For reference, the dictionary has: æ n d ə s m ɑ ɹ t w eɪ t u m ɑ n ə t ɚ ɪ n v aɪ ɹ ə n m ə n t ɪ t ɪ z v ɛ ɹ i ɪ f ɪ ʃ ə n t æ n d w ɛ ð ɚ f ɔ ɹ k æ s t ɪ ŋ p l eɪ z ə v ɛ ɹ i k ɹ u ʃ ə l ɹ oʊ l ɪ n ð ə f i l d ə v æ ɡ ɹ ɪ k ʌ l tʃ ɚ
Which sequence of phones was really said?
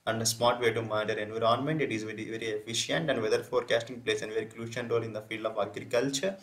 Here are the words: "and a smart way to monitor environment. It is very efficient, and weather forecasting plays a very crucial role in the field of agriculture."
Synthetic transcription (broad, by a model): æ n d ə s m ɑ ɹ t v eɪ t u m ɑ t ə t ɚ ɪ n v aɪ ɹ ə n m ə n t ɪ t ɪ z v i ɹ i ɪ f ɪ ʃ ə n t æ n d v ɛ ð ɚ f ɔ ɹ k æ s t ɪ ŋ p l eɪ s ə v ɛ ɹ i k l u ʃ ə n ɹ oʊ l ɪ n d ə f i l d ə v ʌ ɡ ɹ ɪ k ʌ l tʃ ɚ